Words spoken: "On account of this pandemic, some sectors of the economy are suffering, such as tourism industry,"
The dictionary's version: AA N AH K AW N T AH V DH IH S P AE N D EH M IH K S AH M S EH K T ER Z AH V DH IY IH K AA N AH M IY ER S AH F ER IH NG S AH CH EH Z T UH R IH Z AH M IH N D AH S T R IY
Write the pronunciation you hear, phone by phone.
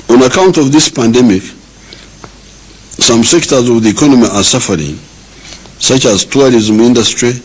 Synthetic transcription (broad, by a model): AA N AH K AW N T AH V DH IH S P AE N D EH M IH K S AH M S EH K T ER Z AH V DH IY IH K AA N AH M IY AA S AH F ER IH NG S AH CH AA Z T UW R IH Z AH M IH N D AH S T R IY